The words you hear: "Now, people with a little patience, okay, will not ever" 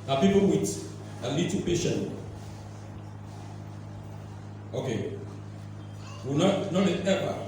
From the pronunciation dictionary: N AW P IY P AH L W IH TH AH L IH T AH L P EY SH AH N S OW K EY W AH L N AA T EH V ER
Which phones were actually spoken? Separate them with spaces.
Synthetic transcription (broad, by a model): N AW P IY P AH L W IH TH AH L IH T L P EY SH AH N OW K EY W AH N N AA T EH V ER